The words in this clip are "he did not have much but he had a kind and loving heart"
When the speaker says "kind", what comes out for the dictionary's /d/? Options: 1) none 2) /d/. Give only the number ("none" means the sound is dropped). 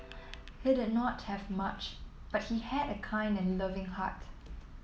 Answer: 2